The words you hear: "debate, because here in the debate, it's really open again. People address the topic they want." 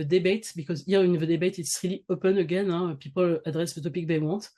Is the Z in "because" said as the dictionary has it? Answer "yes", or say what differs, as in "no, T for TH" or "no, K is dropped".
yes